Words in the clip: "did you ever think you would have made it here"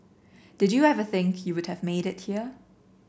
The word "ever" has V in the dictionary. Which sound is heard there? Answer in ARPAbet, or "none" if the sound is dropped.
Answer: V